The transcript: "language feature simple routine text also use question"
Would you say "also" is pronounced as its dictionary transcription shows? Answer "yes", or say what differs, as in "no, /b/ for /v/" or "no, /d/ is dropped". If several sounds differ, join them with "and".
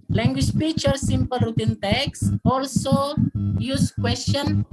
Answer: yes